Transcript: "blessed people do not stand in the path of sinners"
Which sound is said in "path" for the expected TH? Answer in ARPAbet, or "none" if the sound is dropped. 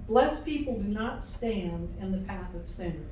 TH